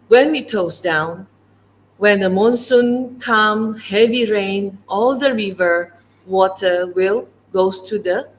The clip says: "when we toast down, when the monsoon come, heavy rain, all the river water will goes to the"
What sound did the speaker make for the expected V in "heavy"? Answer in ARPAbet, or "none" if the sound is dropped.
V